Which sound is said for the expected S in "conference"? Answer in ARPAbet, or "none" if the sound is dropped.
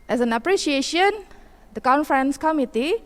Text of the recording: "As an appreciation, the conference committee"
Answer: S